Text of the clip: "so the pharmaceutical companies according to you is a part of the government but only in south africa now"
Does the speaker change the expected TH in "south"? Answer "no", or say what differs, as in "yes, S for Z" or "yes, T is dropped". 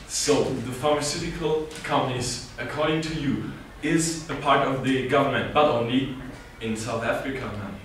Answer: no